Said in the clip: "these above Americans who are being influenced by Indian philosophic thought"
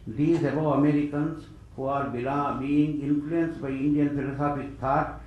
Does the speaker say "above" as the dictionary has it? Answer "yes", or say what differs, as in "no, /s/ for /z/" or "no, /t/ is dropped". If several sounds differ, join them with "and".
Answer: no, /v/ is dropped